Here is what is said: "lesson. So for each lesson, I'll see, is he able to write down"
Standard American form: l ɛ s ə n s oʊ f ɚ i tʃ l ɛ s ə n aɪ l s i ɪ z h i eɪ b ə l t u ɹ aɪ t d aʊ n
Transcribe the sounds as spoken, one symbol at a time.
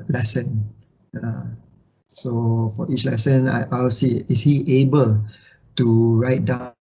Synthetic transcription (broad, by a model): l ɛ s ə n s oʊ f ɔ i tʃ l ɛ s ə n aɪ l s i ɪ s h i eɪ b ə l t u ɹ aɪ t d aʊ